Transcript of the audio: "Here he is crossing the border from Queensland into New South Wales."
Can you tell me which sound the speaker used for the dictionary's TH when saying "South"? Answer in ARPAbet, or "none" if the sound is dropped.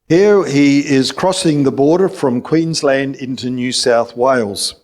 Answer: TH